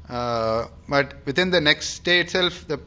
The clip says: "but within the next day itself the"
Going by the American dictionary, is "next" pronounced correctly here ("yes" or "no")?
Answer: yes